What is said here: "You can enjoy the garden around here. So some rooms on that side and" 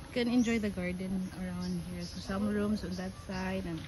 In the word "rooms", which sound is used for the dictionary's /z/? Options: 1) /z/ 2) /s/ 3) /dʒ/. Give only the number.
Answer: 2